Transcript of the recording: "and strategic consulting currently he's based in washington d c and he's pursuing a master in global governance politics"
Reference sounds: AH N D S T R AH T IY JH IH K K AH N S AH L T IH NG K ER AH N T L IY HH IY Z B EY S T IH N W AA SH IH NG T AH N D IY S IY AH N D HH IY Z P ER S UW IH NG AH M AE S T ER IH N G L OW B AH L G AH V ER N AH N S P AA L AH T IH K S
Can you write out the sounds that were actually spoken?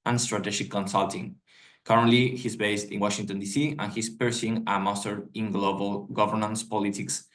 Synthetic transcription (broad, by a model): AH N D S T R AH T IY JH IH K K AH N S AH L T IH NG K ER AH N T L IY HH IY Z B EY S T IH N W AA SH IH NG T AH N D IY S IY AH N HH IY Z P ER S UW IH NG AH M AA S T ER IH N G L OW B AH L G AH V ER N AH N S P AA L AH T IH K S